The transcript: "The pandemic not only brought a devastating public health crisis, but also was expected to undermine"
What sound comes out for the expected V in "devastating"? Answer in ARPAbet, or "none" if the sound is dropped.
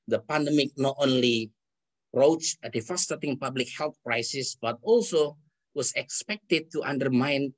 F